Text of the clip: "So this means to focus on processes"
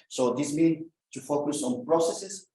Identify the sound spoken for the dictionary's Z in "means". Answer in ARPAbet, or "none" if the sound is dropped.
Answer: none